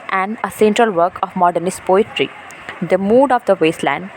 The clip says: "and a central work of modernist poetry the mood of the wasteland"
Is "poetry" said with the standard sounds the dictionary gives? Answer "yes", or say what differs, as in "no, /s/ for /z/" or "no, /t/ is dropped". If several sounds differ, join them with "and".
yes